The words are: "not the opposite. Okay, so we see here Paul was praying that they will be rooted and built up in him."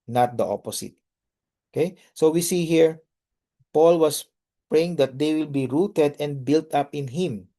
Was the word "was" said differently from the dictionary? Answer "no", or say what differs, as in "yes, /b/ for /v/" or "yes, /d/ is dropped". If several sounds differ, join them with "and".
yes, /s/ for /z/